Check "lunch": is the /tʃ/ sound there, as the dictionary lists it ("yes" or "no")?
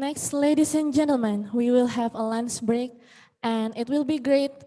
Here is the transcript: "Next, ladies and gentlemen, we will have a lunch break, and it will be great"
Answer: no